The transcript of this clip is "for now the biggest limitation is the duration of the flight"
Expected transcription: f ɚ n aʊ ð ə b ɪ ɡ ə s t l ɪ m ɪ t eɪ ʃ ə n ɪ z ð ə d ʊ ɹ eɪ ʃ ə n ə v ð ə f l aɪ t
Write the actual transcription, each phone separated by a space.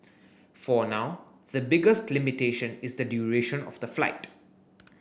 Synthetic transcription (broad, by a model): f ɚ n aʊ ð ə b ɪ ɡ ə s t l ɪ m ɪ t eɪ ʃ ə n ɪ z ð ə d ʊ ɹ eɪ ʃ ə n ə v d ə f l aɪ t